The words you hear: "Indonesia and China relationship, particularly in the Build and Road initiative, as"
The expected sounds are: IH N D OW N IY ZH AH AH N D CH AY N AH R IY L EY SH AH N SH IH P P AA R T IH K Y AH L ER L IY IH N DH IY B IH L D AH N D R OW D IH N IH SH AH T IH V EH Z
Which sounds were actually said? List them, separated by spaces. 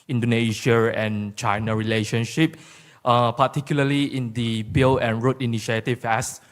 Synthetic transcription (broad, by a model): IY N D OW N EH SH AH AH N CH AY N AH R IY L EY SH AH N SH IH P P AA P T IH K Y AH L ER L IY IH N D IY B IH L AH N R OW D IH N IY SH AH T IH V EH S